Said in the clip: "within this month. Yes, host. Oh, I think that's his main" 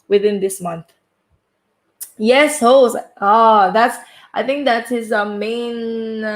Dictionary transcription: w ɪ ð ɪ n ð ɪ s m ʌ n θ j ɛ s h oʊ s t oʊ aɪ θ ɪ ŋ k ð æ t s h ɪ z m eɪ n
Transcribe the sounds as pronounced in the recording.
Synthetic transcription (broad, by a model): w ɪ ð ɪ n ð ɪ s m ʌ n θ j ɛ s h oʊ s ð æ aɪ θ ɪ ŋ k ð æ t s h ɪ z m eɪ n